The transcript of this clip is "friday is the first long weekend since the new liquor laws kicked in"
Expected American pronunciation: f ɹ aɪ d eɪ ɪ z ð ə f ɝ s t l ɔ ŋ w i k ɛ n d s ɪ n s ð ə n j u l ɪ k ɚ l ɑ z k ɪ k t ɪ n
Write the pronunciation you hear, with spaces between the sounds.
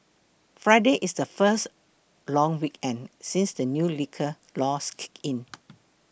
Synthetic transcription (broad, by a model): f ɹ aɪ d eɪ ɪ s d ə f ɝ s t l ɔ ŋ w i k ɛ n d s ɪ n s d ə n j u l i k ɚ l ɑ s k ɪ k ɪ n